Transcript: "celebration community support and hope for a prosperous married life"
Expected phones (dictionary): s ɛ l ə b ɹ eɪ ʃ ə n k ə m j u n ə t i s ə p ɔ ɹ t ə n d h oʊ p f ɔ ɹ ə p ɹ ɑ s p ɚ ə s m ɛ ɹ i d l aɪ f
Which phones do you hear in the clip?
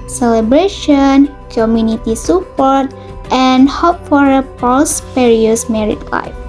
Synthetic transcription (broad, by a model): s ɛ l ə b ɹ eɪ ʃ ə n k ə m j u n ə t i s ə p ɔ ɹ t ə n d h oʊ p f ɔ ɹ ə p ɑ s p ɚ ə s m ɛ ɹ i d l aɪ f